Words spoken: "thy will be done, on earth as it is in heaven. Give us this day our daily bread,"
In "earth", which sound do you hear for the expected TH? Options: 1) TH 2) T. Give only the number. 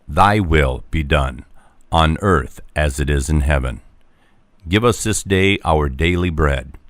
1